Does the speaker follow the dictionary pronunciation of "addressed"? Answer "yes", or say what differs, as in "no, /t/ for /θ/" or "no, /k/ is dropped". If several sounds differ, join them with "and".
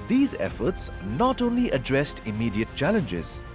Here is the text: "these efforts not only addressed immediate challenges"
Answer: yes